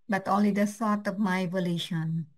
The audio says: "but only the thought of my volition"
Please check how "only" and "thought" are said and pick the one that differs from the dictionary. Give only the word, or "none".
thought